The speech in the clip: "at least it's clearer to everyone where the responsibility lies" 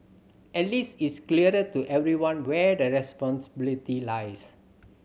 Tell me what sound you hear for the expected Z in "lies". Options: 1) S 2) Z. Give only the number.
1